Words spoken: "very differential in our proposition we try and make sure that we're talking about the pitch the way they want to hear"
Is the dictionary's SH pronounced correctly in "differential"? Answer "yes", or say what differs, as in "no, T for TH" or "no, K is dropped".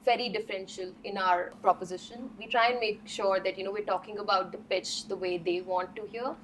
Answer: yes